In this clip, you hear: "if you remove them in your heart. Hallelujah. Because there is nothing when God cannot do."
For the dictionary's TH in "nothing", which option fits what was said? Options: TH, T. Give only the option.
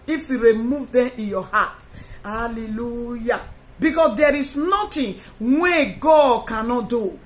T